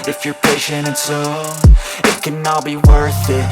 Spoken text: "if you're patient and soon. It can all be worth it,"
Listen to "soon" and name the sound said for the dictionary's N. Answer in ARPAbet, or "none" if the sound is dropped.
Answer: none